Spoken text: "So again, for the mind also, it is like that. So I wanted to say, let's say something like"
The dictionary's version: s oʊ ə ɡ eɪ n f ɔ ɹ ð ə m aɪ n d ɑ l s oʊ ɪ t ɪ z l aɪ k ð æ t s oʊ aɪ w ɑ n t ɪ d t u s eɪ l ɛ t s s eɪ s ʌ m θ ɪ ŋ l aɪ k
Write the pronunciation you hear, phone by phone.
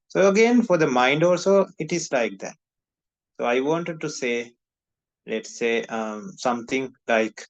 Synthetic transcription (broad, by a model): s oʊ ə ɡ eɪ n f ɔ ɹ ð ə m aɪ n d ɑ l s oʊ ɪ t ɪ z l aɪ k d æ t s oʊ aɪ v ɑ n t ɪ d t u s eɪ l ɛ t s s eɪ s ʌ m t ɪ ŋ l aɪ k